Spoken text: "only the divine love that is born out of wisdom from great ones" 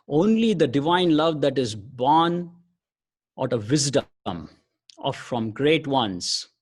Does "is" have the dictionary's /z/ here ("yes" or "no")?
yes